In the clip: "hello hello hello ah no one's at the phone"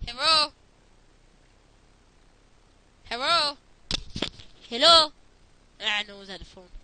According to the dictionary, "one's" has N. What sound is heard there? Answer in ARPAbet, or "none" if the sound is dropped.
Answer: none